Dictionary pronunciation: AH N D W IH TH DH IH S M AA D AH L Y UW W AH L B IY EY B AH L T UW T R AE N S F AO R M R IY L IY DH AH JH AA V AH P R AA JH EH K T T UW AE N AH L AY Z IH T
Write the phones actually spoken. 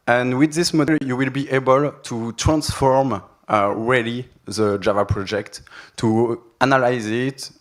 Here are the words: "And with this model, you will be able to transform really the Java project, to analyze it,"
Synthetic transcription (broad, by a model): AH N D W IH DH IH S M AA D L Y UW W AH L B IY EY B AH L T UW T R AE N S F AO R M R IY L IY DH AH JH AA V AH P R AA JH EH K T T UW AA N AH L AY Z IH T